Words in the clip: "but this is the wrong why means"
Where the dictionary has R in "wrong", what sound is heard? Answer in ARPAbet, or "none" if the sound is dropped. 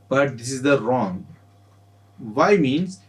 R